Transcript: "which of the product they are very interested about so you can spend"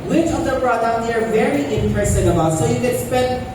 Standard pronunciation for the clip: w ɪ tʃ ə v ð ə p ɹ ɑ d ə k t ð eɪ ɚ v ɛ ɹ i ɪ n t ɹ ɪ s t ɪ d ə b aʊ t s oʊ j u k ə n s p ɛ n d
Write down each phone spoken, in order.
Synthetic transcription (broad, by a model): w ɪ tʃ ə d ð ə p ɹ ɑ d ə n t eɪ ɚ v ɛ ɹ i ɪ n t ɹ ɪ s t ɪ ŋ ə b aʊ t s oʊ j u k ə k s p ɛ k